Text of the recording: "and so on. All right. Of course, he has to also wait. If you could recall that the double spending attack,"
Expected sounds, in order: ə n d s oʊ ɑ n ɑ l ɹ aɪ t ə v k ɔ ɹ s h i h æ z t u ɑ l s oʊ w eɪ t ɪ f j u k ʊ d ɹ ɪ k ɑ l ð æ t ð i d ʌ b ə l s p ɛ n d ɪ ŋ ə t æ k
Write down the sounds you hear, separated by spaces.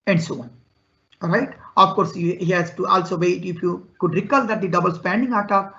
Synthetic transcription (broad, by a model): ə n d s oʊ ɑ n ɹ aɪ t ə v k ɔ ɹ s h i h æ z t u ɑ l s oʊ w eɪ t ɪ f j u k ʊ d ɹ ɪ k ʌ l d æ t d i d ʌ b ə l s p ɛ n d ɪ ŋ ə t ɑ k